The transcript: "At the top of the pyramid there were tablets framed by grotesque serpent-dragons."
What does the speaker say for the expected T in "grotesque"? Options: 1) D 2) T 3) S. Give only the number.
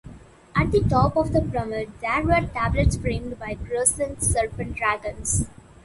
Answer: 3